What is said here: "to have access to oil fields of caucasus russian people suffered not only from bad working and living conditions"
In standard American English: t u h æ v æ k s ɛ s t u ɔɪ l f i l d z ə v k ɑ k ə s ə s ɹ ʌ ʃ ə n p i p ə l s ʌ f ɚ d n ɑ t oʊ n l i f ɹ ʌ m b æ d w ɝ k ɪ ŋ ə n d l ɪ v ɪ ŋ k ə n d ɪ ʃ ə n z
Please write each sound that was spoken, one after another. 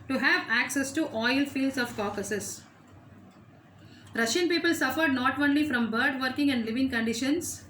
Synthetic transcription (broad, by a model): t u h æ v æ k s ɛ s t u ɔɪ l f i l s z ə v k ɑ k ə s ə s ɹ ʌ ʃ ə n p i p ə l s ʌ f ɚ d n ɑ t oʊ n l i f ɹ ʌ m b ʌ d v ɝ k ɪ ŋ ə n d l ɪ v ɪ ŋ k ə n d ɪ ʃ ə n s